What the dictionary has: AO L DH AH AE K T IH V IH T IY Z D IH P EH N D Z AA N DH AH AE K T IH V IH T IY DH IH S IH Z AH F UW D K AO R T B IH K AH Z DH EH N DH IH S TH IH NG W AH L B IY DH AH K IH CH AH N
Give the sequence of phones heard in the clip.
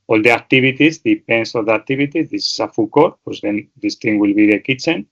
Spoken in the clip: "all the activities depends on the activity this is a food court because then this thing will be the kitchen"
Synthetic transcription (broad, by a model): AO L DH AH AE K T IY B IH T IY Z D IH P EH N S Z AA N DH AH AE K T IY B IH T IY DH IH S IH S AH F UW K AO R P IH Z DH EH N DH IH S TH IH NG W AH L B IY DH AH K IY CH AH N